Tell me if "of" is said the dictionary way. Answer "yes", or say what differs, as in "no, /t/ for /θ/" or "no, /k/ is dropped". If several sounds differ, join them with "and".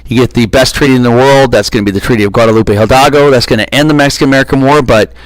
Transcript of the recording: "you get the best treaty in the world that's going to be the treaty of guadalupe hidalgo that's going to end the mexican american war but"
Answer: yes